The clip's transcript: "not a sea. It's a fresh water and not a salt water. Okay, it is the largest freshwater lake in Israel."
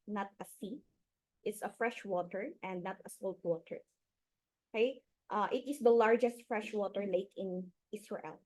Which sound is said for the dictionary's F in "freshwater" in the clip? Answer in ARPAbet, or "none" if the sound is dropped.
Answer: F